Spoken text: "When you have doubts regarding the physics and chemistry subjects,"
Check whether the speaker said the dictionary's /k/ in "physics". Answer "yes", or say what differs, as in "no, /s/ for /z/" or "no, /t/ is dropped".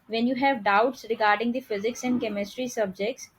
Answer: yes